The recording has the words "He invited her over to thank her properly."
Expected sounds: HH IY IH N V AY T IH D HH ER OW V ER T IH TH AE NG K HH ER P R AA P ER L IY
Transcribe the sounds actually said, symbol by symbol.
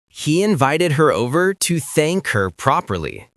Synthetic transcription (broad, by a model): HH IY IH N V AY T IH D HH ER OW V ER T IH TH AE NG K HH ER P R AA P ER L IY